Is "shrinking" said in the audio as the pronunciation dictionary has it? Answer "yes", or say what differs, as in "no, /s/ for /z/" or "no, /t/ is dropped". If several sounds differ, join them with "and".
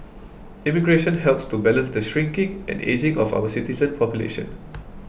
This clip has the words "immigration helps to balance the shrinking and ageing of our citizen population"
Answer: yes